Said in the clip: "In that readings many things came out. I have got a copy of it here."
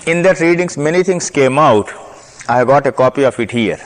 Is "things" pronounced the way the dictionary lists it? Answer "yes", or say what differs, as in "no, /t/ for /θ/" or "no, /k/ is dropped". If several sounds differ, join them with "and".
no, /t/ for /θ/